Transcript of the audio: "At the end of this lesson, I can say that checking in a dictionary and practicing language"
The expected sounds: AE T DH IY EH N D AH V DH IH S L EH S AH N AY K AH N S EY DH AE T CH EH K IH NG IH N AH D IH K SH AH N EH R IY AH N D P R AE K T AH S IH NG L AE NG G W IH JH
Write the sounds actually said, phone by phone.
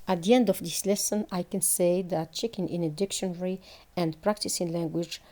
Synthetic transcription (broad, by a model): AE T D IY EH N D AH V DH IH S L EH S AH N AY K AH N S EY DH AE T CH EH K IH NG IH N AH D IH K SH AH N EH R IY AH N D P R AE K T AH S IH NG L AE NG G W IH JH